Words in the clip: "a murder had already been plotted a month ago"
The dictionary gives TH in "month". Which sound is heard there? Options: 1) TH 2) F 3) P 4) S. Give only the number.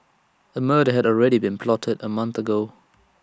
1